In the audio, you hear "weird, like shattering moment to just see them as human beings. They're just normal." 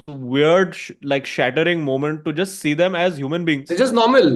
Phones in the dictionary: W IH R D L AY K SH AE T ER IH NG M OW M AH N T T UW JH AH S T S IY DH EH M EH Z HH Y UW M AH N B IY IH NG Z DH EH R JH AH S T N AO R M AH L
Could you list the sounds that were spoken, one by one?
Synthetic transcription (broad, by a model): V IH R D L AY K SH AE T ER IH NG M OW M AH N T T UW JH AH S T S IY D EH M EH Z HH Y UW M AH N B IY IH NG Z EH JH AH S T N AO R M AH L